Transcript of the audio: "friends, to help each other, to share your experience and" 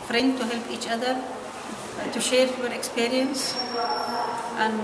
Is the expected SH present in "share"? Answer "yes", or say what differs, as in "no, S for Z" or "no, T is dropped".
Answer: yes